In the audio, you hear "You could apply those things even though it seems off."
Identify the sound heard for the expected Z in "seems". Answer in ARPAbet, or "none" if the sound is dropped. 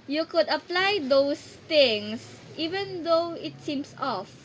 S